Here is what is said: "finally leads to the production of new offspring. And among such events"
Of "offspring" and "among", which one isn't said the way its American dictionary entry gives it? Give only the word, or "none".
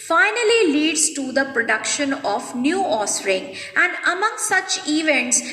offspring